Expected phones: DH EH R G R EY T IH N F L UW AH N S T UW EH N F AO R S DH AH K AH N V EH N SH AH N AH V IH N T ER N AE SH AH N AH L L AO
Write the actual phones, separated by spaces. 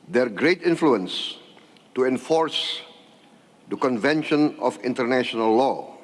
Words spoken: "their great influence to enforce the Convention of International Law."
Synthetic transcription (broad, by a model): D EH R G R EY T IH N F L UW AH N S T UW EH N F AO R S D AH K AH N V EH N SH AH N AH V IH N T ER N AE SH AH N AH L L AO